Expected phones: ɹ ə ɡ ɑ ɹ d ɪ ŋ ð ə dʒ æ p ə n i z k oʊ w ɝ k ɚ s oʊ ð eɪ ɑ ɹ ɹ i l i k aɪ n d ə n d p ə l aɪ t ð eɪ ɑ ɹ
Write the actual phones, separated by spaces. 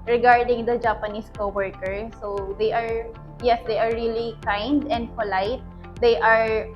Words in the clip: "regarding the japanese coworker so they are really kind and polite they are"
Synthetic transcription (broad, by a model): ɹ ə ɡ ɑ ɹ d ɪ ŋ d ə dʒ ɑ p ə n i s k oʊ w ɝ k ɚ s oʊ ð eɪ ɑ ɹ ɹ i l i k aɪ n d ə n d f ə l aɪ t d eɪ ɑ ɹ